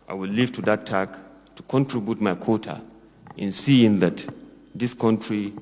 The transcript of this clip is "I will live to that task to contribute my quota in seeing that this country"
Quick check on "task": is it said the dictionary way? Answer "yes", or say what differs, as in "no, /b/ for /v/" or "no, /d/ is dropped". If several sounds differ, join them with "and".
no, /s/ is dropped